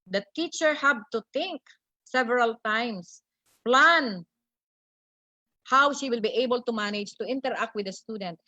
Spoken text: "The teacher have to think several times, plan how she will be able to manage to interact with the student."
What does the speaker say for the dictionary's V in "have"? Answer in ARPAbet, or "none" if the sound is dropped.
B